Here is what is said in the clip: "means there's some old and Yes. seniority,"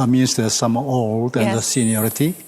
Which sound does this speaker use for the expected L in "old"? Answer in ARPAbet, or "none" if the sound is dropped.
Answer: L